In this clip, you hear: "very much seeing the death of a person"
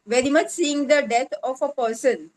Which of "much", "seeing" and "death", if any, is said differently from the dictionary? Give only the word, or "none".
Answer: death